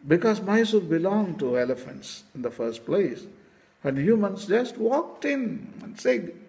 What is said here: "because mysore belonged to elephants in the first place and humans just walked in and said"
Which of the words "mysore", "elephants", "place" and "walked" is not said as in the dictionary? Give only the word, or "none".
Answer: mysore